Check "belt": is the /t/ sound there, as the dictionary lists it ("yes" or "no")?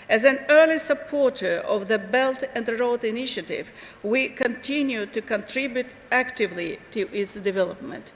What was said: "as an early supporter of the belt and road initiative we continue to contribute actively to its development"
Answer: yes